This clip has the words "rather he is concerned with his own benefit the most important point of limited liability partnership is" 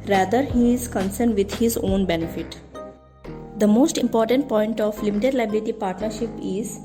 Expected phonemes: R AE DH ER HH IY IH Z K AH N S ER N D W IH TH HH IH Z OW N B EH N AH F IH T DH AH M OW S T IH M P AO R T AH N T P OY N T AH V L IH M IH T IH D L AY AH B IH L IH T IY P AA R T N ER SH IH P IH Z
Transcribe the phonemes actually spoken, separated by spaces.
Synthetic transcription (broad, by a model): R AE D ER HH IY IH Z K AH N S ER N D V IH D HH IH Z OW N B EH N AH F IH T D AH M OW S T IH M P AO R T AH N T P OY N T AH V L IH M IH T IH D L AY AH B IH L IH T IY P AA R T N ER SH IH P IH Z